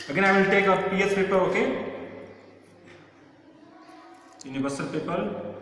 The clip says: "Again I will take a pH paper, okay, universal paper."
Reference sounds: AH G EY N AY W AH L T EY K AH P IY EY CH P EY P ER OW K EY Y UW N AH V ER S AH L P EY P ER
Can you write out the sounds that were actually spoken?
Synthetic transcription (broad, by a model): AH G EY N AY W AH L T EY K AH P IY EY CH P EY P ER OW K EY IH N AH B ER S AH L P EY P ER